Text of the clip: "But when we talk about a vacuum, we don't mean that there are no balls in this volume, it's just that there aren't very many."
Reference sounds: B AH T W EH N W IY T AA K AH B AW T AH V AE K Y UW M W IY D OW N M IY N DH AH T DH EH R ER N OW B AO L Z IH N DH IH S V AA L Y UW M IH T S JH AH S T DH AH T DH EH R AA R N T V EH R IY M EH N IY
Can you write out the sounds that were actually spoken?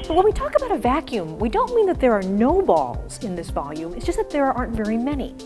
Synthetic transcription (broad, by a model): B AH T W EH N W IY T AA K AH B AW T AH V AE K Y UW M W IY D OW N M IY N DH AH T DH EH R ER N OW B AO L Z IH N DH IH S V AA L Y UW M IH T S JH AH S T DH AH T DH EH R AA R N T V EH R IY M EH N IY